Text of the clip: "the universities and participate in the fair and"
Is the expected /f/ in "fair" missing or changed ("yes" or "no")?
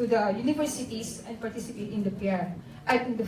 yes